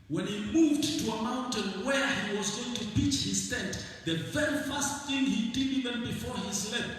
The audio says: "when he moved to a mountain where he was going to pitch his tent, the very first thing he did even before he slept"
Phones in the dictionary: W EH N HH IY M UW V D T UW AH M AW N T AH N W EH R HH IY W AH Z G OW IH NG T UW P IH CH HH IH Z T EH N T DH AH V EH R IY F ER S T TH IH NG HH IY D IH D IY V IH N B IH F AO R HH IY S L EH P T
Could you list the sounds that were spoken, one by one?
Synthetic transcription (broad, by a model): W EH N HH IY M UW V D T UW AH M AW N T AH N W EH R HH IY W AH Z G OW IH NG T UW P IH CH HH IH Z T EH N T DH AH V EH R IY F ER S T TH IH NG HH IY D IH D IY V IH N B IH F AO R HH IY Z L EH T